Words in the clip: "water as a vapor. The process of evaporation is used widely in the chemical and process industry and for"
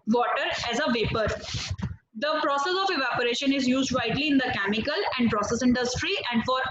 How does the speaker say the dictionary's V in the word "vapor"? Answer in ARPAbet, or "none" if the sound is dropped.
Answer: V